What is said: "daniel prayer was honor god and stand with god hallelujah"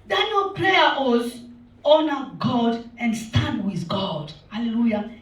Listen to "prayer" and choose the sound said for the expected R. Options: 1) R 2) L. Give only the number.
2